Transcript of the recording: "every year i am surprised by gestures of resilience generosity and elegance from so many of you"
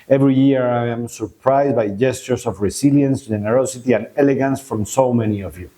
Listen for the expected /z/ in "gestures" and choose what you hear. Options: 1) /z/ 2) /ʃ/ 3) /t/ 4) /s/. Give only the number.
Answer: 4